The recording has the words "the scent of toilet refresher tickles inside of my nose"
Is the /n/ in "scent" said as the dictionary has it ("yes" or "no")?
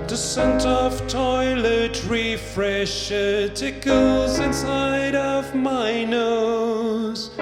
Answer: yes